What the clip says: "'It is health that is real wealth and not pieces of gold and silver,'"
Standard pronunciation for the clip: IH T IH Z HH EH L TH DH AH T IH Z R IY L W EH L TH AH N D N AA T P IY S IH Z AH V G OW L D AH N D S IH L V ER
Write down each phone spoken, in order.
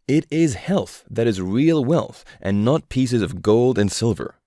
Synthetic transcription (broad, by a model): IH T IH Z HH EH L TH DH AH T IH Z R IY L W EH L TH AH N N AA T P IY S IH Z AH V G OW L D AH N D S IH L V ER